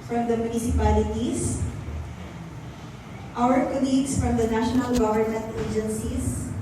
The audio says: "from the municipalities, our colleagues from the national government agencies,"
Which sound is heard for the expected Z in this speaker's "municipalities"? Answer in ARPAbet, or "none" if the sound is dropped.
S